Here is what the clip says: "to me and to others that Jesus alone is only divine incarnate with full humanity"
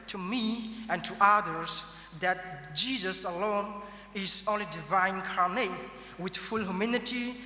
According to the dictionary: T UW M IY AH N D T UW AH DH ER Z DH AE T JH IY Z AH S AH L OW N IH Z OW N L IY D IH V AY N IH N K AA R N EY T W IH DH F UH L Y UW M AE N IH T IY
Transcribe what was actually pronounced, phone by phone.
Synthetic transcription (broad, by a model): T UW M IY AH N T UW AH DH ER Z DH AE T JH IY Z AH S AH L OW N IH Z OW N L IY D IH V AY IH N K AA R N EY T W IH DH F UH L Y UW M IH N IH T IY